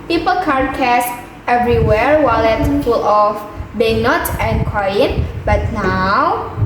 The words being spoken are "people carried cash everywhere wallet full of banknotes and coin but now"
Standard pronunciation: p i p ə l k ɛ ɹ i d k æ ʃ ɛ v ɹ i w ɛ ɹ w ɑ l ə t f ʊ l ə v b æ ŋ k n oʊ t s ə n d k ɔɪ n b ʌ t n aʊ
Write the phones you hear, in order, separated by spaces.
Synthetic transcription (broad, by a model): p i p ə l k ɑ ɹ k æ s ɛ v ɹ i w ɛ ɹ w ɑ l ə t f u l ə f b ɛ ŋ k n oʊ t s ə n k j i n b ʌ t n aʊ